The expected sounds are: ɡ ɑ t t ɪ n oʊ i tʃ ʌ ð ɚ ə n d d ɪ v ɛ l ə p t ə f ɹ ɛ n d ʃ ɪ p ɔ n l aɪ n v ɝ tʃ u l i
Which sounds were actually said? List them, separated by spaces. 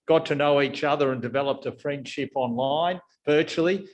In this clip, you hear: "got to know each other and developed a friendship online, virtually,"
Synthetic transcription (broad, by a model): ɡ ɑ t t ɪ n oʊ i tʃ ʌ ð ɚ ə n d d ɪ v ɛ l ə p t ə f ɹ ɛ n d ʃ ɪ p ɔ n l aɪ n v ɝ tʃ l i